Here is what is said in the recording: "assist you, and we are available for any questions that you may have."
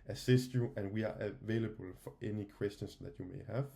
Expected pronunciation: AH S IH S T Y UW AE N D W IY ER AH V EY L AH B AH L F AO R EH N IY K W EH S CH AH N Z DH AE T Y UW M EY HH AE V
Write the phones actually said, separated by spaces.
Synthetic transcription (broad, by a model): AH S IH S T Y UW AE N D W IY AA AH V EY L AH B AH L F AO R EH N IY K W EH S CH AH N S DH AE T Y UW M EY HH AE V